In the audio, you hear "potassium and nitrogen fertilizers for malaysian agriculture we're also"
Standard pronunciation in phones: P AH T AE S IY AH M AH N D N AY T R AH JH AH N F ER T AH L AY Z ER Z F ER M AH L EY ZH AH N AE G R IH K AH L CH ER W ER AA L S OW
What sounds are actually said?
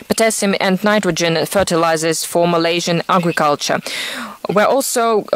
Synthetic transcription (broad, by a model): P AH T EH S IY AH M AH N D N AY T R AH JH AH N F ER T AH L AY Z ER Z F ER M AH L EY ZH AH N AE G R IH K AH L CH ER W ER AA L S OW